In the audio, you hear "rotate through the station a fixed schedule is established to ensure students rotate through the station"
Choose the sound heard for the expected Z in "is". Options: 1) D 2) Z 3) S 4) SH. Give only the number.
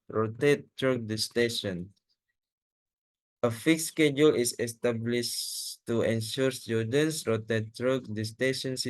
3